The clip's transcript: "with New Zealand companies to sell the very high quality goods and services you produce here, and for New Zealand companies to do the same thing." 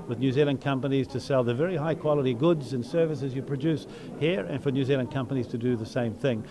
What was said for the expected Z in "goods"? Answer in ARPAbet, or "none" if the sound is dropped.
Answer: Z